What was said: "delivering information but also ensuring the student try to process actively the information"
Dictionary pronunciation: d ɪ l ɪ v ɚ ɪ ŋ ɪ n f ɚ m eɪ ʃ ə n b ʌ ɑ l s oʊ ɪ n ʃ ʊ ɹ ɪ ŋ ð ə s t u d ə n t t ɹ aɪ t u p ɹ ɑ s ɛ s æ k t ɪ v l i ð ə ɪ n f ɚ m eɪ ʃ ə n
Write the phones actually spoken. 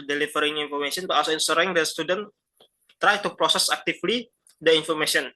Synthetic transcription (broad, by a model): d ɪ l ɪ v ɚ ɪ ŋ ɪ n f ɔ m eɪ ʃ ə n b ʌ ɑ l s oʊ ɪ n s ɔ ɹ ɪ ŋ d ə s t u d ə n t t ɹ aɪ t u p ɹ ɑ s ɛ s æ k t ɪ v l i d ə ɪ n f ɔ m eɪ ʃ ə n